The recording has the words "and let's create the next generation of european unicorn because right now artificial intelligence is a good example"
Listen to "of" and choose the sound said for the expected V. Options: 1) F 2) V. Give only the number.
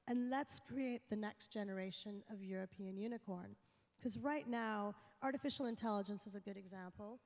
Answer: 2